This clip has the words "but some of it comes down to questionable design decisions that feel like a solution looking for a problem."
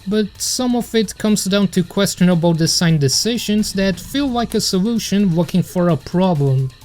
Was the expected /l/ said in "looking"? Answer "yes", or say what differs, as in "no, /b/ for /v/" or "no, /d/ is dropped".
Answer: no, /w/ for /l/